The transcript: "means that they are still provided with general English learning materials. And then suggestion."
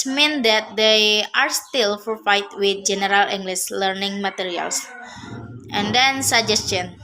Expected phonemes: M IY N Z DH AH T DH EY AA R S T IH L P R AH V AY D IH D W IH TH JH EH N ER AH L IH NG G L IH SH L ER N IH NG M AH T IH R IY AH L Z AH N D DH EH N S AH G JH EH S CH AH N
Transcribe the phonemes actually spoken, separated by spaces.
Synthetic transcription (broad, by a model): M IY N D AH T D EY AA R S T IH L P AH F AY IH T W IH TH JH EH N ER AH L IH NG G L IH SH L ER N IH NG M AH T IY R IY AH L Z AH N D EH N S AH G JH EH S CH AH N